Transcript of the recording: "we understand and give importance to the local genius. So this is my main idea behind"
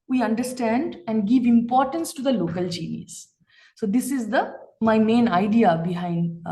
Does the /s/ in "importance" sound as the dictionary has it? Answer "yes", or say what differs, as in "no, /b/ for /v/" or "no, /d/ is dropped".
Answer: yes